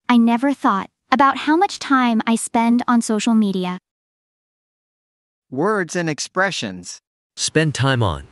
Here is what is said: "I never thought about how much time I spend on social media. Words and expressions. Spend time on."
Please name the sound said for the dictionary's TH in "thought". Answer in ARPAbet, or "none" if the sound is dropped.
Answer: TH